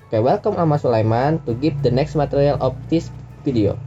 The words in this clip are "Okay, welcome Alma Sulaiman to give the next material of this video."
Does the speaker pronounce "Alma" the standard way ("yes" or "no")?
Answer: no